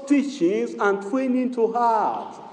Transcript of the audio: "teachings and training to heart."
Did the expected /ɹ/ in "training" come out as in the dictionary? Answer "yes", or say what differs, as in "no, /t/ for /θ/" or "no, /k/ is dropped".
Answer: no, /w/ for /ɹ/